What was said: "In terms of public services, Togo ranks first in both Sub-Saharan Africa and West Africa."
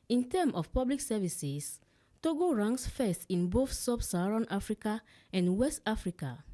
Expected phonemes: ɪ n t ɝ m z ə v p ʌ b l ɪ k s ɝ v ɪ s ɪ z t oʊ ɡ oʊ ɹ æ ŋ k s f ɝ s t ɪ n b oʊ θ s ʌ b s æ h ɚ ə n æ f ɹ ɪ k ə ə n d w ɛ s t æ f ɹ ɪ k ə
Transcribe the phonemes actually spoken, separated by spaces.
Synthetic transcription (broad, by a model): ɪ n t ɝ m ə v p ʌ b l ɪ k s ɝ v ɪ s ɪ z t oʊ ɡ oʊ ɹ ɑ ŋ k s f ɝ s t ɪ n b oʊ θ s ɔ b s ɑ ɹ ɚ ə n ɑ f ɹ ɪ k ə ə n d w ɛ s t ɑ f ɹ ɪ k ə